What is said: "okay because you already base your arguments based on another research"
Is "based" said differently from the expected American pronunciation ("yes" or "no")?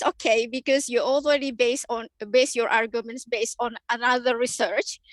no